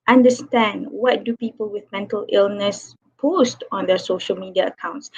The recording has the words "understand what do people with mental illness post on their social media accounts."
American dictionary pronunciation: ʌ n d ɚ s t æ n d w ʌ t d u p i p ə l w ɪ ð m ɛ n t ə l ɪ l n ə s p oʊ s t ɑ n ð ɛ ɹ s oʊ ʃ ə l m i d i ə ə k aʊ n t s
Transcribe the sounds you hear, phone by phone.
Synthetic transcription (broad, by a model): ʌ n d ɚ s t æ n d w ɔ t d u p i p ə l w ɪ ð m ɛ n t ə l ɪ l n ə s p oʊ s t ɑ n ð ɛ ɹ s oʊ ʃ ə l m i d i ə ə k aʊ n t s